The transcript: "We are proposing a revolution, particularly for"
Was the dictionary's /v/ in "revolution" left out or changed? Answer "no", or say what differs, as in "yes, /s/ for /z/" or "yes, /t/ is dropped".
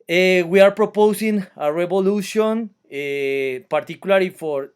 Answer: yes, /b/ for /v/